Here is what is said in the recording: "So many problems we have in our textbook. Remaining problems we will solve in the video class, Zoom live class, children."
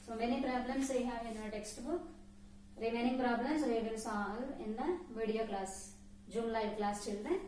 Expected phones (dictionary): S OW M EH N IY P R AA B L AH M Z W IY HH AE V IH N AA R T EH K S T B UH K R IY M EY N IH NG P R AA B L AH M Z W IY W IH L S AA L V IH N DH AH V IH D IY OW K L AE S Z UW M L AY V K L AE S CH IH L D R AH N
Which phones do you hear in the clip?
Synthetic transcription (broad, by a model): S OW M EH N IY P R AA B L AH M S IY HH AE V IH N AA T EH K S T B UH K R IY M EY N IH NG P R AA B L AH M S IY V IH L S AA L IH N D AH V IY D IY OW K L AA S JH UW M L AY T K L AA S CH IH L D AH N